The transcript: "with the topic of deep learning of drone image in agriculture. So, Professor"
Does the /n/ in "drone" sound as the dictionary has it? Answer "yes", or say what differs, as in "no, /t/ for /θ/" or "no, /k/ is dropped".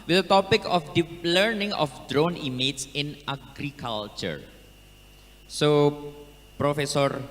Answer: yes